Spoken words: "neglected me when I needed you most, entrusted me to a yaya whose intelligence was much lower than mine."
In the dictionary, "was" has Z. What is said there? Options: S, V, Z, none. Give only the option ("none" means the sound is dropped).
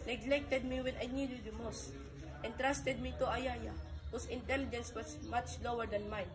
S